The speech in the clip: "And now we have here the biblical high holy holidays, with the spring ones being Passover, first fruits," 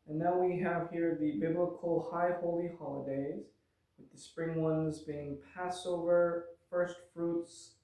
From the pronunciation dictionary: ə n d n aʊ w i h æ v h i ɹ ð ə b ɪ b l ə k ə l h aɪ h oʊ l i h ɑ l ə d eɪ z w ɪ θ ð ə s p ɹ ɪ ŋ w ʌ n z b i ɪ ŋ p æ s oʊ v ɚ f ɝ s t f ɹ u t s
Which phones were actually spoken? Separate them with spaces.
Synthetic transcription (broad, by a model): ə n n aʊ w i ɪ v h i ɹ ð ə b ɪ b l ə k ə l h aɪ h oʊ l i h ɑ l ə d eɪ z w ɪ ð ə s p ɹ ɪ ŋ w ʌ n z b i ɪ ŋ p æ s oʊ v ɚ f ɝ s t f ɹ u t s